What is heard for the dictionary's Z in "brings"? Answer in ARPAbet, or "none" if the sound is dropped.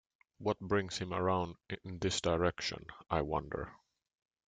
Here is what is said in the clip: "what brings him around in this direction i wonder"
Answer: S